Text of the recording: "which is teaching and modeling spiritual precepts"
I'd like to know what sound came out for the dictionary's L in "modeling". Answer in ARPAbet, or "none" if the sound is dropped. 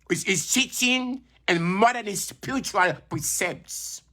N